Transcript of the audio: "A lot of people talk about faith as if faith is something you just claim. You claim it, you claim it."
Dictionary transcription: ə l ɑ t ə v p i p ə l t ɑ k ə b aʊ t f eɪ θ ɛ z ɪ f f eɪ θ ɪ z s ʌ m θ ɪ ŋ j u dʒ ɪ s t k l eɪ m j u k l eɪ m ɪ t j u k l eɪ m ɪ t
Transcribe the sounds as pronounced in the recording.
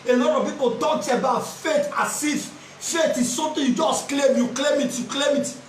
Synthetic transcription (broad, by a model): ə l ɑ t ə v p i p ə n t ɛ ə b aʊ t f eɪ t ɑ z ɪ f f eɪ t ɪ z s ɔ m t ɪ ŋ j u dʒ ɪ s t k l eɪ m j u k l eɪ m ɪ t j u k l eɪ m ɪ t